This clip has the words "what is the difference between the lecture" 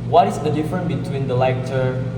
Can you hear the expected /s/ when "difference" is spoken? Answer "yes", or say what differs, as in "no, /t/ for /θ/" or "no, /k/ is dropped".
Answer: no, /s/ is dropped